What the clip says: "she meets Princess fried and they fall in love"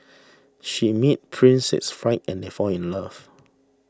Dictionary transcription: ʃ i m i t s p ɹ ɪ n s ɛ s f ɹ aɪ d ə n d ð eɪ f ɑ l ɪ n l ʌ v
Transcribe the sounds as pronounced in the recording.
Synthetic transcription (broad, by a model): ʃ i m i t p ɹ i n s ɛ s f ɹ aɪ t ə n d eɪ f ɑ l ɪ n l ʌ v